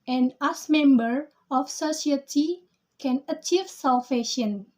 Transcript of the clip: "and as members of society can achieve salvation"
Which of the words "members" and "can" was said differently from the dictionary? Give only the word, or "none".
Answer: members